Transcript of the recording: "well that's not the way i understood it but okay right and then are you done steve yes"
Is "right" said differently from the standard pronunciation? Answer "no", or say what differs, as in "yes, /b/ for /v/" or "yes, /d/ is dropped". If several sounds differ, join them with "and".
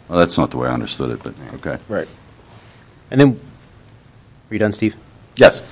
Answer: no